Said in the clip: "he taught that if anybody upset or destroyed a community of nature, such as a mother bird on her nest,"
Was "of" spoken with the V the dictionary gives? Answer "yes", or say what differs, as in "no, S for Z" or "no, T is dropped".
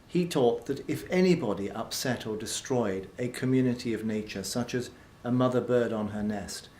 yes